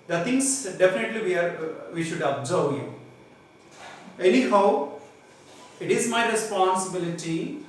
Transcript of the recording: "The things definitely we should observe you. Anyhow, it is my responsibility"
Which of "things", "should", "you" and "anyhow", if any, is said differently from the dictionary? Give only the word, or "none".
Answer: things